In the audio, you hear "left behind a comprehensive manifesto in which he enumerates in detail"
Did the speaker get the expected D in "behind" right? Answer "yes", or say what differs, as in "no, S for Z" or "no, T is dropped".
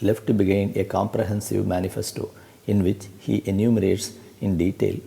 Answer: no, D is dropped